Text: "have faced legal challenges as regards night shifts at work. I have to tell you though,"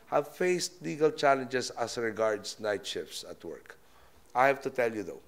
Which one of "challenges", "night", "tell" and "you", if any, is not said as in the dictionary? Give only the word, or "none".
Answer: challenges